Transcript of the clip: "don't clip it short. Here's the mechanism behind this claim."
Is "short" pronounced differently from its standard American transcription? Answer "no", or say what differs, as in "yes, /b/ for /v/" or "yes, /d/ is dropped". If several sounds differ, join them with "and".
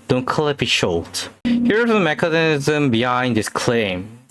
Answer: yes, /l/ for /ɹ/